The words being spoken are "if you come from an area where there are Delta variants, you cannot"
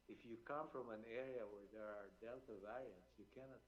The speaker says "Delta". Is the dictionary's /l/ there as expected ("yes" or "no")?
yes